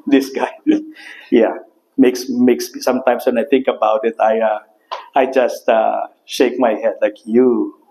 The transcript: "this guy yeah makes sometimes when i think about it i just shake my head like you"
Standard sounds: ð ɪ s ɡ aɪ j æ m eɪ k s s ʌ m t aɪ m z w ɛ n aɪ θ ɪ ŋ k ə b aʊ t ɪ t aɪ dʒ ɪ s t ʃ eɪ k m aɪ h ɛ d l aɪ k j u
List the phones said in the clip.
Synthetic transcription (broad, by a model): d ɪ s ɡ aɪ j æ m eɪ k s s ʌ m t aɪ m s w ɛ n aɪ t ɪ ŋ k ə b aʊ t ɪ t aɪ dʒ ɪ s t ʃ eɪ k m aɪ h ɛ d l aɪ k j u